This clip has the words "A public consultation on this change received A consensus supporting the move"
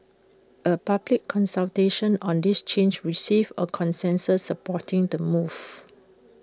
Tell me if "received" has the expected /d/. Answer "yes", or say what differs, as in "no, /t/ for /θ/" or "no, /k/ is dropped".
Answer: no, /d/ is dropped